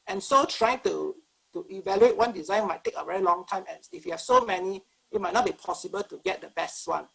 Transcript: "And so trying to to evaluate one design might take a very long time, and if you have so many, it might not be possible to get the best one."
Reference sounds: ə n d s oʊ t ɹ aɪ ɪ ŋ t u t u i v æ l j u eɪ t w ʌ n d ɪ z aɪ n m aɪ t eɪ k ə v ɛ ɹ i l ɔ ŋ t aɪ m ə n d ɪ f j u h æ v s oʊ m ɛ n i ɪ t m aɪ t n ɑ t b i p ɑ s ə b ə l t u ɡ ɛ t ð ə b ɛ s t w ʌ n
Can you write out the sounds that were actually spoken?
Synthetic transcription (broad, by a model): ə n s oʊ t ɹ aɪ ɪ ŋ t u t u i v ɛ l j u eɪ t w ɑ n d ɪ z aɪ n m aɪ t eɪ k ə v ɛ ɹ i l ɔ ŋ t aɪ m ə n ɪ f j u h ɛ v s oʊ m ɛ n i ɪ t m aɪ t n ɑ t b i p ɑ s ə b ə l t u ɡ ɛ t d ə b ɛ s t w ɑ n